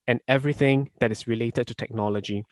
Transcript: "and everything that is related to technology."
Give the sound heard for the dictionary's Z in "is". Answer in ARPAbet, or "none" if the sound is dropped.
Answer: S